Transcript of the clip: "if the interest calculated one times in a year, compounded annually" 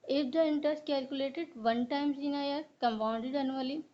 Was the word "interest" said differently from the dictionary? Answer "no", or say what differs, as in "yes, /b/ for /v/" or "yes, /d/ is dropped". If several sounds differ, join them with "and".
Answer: yes, /ɹ/ is dropped